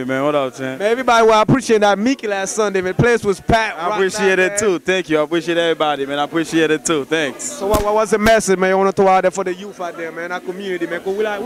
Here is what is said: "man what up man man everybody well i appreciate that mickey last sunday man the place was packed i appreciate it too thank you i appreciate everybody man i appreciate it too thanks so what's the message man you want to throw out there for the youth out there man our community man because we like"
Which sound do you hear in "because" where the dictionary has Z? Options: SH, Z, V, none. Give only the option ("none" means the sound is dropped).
none